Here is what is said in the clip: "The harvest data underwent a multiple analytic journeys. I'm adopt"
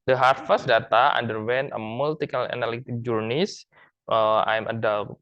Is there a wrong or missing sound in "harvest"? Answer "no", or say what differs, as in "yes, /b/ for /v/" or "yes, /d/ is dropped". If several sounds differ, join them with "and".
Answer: yes, /f/ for /v/